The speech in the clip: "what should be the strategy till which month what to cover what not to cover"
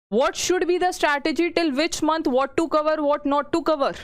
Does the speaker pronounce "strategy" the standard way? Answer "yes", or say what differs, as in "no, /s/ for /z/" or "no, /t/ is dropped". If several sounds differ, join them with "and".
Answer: yes